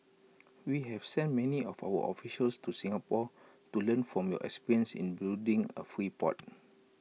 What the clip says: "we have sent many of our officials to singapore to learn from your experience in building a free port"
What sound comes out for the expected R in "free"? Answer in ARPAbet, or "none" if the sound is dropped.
R